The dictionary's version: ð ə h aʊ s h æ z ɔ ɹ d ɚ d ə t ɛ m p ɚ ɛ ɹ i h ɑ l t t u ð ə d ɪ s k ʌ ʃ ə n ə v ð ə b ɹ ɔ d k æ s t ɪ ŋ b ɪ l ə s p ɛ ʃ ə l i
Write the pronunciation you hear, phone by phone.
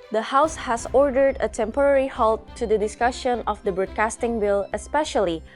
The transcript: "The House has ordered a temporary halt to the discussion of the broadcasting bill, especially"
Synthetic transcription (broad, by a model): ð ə h aʊ s h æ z ɔ ɹ d ɚ d ə t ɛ m p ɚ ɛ ɹ i h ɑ l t t u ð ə d ɪ s k ʌ ʃ ə n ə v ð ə b ɹ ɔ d k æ s t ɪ ŋ b ɪ l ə s p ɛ ʃ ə l i